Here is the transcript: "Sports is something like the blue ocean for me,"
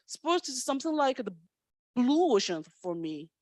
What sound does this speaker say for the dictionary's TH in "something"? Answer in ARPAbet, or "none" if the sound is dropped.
TH